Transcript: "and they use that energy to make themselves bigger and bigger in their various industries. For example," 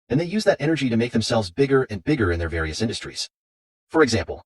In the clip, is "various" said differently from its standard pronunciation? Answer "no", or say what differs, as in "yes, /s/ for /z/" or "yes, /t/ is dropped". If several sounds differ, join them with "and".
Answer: no